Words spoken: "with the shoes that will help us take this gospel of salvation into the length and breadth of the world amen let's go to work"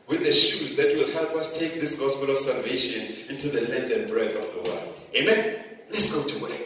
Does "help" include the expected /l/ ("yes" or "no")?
yes